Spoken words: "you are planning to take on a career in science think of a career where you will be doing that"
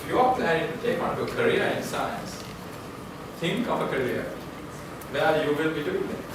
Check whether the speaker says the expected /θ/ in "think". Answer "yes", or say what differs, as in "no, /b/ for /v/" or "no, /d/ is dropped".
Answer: no, /t/ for /θ/